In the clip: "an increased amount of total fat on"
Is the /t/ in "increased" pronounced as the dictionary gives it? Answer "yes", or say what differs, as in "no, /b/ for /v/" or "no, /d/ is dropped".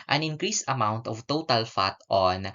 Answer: no, /t/ is dropped